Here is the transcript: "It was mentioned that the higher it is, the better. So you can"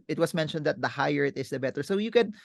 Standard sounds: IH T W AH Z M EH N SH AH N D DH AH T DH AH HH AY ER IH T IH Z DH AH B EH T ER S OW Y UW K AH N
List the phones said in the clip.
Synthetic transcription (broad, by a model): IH T W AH S M EH N SH AH N D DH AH T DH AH HH AY ER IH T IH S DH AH B EH T ER S OW Y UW K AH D